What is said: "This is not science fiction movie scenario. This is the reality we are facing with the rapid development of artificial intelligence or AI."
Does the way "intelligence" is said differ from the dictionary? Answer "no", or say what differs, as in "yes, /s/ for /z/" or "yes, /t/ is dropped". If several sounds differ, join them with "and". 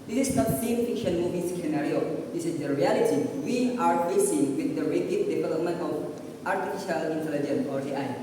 yes, /s/ is dropped